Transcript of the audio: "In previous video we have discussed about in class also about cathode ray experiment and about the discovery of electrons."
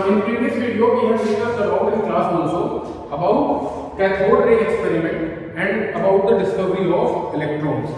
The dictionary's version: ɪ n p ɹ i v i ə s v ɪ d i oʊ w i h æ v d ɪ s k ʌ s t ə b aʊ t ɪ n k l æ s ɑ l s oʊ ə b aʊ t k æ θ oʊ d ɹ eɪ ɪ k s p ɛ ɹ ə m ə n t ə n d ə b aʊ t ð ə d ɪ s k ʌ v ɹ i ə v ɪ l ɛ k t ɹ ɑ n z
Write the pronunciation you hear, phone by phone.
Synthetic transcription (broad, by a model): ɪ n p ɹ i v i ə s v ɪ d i oʊ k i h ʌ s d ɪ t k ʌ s ə b aʊ t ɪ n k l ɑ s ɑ n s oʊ ə b aʊ t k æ t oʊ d ɹ eɪ ɪ k s p ɛ ɹ ə m ə n t ə n d ə b aʊ t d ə d ɪ s k ʌ v ɹ i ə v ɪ l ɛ k t ɹ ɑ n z